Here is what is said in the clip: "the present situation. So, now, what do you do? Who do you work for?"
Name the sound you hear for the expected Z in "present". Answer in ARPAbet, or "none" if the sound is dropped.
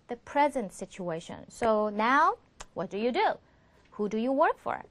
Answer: Z